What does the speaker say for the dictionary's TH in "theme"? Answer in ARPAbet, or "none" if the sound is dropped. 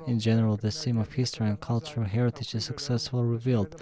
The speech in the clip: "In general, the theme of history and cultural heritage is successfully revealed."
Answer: S